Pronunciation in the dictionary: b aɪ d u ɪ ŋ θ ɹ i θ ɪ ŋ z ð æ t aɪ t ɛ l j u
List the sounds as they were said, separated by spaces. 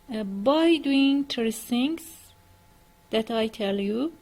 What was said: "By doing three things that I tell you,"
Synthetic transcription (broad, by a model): b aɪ d u ɪ ŋ t ɹ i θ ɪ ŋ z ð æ t aɪ t ɛ l j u